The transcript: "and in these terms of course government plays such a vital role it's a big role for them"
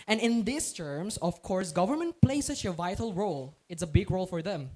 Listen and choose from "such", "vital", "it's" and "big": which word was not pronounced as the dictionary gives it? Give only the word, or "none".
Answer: none